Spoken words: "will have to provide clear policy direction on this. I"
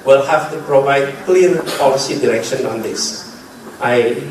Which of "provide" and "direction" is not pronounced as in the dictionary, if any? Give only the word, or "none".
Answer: none